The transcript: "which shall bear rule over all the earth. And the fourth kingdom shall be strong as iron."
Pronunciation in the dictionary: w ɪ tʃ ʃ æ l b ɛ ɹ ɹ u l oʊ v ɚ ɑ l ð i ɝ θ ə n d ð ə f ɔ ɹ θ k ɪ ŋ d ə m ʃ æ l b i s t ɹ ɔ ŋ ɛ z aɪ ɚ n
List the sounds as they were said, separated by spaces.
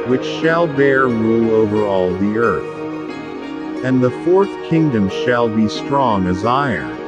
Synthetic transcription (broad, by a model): w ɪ tʃ ʃ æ l b ɛ ɹ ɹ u oʊ v ɚ ɑ l ð i ɝ θ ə n ð ə f ɔ ɹ θ k ɪ ŋ d ə m ʃ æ l b i s t ɹ ɔ ŋ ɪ z aɪ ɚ n